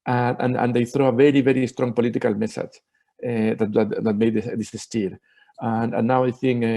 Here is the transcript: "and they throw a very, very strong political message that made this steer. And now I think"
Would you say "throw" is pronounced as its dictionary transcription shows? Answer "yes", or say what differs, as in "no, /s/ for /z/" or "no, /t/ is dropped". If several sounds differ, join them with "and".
yes